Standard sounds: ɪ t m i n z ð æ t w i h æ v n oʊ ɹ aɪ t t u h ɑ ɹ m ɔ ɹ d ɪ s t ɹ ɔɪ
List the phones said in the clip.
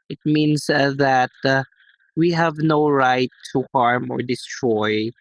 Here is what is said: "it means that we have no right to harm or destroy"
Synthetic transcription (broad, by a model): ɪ t m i n s ð æ t w i h æ v n oʊ ɹ aɪ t t u h ɑ ɹ m ɔ ɹ d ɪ s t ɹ ɔɪ